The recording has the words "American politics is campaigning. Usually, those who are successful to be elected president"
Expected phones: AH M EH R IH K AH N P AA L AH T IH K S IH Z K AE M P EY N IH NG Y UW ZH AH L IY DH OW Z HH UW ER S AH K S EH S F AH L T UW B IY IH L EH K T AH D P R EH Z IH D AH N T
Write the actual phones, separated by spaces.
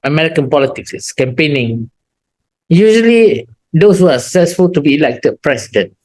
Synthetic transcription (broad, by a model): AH M EH R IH K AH N P AA L AH T IH K S K AE M P EY N IH NG Y UW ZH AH L IY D OW S HH UW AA S AH K S EH S F AH L T UW B IY L EH K T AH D P R EH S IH D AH N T